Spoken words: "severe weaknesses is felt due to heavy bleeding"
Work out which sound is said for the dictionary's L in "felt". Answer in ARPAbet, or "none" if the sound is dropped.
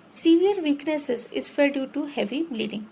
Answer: none